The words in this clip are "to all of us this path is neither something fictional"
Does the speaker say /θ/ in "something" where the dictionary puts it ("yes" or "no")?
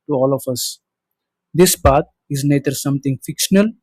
no